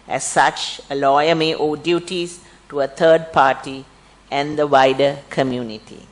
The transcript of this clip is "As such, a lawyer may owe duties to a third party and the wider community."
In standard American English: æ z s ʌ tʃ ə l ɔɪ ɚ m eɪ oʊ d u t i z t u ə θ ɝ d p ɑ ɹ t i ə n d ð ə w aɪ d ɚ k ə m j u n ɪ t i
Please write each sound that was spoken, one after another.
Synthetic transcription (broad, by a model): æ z s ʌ tʃ ə l ɔɪ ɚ m eɪ oʊ d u t i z t u ə t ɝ d p ɑ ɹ t i ə n d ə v aɪ d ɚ k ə m j u n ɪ t i